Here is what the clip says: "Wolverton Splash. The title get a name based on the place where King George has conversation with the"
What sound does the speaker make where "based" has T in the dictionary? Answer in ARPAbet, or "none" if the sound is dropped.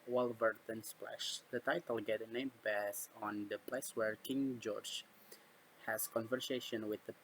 none